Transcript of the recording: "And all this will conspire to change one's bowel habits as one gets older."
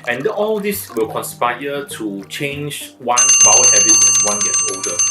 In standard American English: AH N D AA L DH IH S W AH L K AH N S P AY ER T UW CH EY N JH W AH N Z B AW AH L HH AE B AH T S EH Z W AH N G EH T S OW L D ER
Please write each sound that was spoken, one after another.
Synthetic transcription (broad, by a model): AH N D AA L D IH S W AH L K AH N S P AY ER T UW CH EY N JH W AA N B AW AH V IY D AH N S W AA N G EH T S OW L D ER